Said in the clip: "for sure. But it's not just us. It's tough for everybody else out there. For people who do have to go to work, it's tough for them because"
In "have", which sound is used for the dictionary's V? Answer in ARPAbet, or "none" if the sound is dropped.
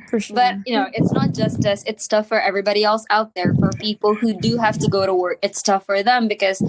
F